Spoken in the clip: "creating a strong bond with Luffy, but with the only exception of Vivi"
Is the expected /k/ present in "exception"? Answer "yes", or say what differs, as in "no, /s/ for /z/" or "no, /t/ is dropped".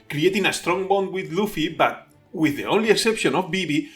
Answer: yes